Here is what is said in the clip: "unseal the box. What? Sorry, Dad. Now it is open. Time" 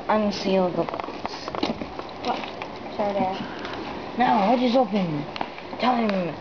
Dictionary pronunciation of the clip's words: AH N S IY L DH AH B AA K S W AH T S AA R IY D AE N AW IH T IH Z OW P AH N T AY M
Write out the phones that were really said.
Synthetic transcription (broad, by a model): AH N S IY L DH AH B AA S W AH T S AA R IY N AW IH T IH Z OW P AH N T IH M